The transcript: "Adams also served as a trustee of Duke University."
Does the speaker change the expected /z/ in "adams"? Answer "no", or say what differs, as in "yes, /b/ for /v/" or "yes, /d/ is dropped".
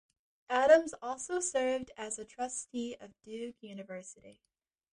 no